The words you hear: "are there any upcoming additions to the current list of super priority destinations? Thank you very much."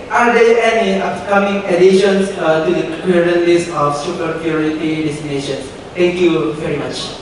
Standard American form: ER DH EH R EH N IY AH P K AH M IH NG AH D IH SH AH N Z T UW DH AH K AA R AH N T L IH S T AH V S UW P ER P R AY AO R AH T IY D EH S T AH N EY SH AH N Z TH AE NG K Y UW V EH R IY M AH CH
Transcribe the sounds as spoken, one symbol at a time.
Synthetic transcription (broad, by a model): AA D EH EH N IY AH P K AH M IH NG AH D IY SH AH N S T UW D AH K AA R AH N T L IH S AH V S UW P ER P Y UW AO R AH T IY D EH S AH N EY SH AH N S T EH NG K Y UW V EH R IY M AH CH